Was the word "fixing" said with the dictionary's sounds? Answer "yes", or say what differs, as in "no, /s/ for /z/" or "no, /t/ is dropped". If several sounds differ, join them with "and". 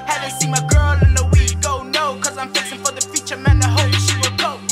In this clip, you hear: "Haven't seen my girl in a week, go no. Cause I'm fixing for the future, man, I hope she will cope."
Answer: no, /k/ is dropped